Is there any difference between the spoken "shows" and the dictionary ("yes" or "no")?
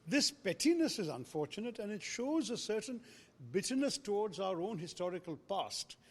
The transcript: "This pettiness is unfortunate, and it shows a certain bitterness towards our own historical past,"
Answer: no